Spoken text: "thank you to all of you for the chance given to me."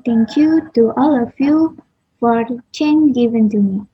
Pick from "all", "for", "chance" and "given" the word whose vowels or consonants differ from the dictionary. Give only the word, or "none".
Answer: chance